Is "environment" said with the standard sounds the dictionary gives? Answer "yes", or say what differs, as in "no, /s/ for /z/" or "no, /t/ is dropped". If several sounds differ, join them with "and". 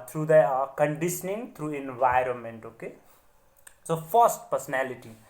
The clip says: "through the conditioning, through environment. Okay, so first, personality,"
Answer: yes